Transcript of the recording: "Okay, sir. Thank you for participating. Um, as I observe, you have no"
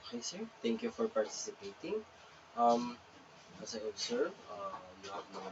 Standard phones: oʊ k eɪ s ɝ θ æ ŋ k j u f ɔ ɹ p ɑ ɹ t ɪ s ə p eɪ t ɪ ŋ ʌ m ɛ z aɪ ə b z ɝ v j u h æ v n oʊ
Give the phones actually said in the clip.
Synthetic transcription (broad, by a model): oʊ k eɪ s ɝ t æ ŋ k j u f ɔ ɹ p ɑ ɹ t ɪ s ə p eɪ t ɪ ŋ ʌ m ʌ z aɪ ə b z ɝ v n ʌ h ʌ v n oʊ